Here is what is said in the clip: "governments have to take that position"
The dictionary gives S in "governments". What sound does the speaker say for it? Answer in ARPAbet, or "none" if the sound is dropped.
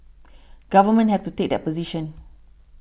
none